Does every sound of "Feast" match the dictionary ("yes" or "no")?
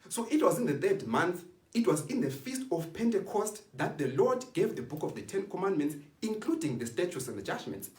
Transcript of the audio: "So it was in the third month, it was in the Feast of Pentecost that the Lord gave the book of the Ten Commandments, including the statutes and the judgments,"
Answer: yes